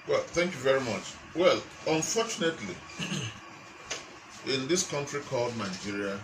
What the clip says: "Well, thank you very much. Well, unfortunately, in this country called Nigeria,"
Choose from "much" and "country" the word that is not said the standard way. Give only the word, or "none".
none